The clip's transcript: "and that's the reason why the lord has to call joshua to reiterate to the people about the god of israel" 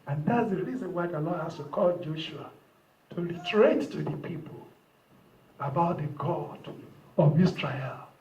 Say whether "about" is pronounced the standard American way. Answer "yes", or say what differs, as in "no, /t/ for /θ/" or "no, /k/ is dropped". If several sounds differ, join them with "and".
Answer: yes